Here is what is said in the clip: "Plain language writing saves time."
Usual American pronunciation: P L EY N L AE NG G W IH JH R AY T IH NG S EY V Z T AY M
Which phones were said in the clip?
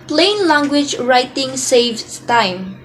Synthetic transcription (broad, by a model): P L EY N L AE NG G W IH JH R AY T IH NG S EY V T AY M